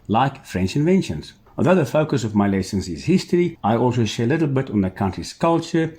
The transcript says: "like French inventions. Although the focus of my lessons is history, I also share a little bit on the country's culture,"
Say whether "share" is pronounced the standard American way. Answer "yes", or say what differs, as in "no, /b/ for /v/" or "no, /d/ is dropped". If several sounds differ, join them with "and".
yes